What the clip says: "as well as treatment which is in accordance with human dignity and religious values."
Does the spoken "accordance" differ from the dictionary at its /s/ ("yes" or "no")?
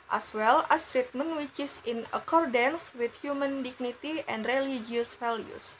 no